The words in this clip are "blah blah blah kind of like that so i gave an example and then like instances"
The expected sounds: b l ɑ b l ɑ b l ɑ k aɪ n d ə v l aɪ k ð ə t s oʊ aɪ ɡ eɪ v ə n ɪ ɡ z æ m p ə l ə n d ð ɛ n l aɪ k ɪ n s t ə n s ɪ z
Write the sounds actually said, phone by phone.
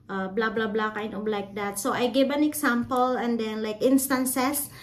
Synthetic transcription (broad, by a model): b l ɑ b l ɑ b l ɑ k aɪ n ə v l aɪ k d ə t s oʊ aɪ ɡ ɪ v ə n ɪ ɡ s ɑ m p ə l ə n d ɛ n l aɪ k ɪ n s t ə n s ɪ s